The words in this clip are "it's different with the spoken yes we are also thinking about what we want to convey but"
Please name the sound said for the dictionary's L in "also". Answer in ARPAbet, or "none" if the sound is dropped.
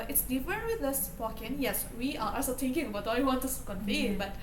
none